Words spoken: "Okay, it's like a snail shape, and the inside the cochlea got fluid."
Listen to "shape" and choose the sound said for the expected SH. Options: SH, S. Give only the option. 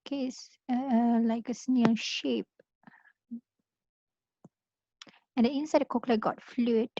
SH